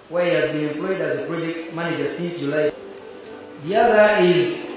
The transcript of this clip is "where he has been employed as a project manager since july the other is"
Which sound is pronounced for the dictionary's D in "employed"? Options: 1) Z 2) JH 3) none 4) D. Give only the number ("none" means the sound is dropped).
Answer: 4